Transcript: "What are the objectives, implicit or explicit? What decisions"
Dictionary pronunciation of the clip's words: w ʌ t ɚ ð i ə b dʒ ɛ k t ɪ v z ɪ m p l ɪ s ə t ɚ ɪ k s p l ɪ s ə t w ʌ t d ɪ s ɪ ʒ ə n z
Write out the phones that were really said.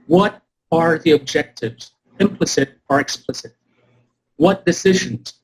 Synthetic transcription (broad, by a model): w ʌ t ɚ ð i ə b dʒ ɛ k t ɪ v z ɪ m p l ɪ s ə t ɚ ɪ k s p l ɪ s ə t w ʌ t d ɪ s ɪ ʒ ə n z